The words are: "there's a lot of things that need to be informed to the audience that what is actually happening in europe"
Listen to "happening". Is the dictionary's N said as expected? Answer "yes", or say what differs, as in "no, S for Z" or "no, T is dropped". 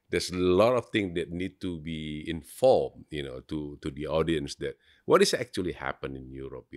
no, N is dropped